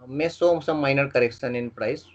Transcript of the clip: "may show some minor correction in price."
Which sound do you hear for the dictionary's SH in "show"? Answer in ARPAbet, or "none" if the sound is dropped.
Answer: S